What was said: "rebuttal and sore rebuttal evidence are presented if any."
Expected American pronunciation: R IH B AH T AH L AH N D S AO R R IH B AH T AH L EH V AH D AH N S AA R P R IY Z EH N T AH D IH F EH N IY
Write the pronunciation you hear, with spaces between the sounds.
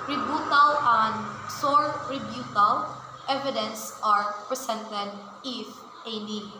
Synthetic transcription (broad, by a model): R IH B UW T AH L AH N D S AO R R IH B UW T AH L EH V AH D AH N S AA R P R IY S EH N T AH D IH F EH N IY